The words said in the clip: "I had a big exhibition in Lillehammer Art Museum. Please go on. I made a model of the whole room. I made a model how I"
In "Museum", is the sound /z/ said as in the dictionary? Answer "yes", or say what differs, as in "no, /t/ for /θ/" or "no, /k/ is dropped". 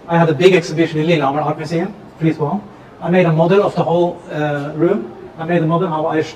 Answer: no, /s/ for /z/